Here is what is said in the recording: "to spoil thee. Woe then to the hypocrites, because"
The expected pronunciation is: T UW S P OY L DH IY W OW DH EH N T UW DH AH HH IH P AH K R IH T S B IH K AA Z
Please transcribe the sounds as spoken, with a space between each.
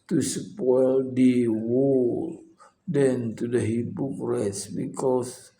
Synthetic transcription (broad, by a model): T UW S P OY L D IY W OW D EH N T UW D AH HH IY B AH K R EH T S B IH K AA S